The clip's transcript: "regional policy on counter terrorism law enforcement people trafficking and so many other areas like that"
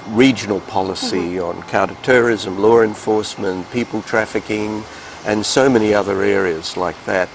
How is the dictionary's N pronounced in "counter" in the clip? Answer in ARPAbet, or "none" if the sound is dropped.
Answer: none